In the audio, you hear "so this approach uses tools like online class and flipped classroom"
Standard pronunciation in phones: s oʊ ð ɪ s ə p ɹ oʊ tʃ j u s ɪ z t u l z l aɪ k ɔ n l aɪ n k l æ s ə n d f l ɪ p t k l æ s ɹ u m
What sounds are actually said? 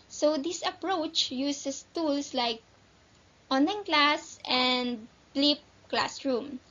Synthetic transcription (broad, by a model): s oʊ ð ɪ s ə p ɹ oʊ tʃ j u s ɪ s t u l s l aɪ k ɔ n aɪ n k l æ s ə n d l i p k l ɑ s ɹ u m